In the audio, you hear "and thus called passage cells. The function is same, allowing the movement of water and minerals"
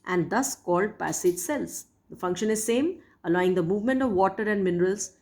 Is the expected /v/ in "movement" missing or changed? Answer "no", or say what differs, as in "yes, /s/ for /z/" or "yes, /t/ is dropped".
no